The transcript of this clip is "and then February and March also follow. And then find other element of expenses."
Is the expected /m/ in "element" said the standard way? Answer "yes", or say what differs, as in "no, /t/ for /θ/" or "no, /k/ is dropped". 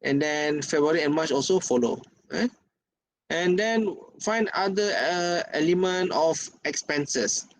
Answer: yes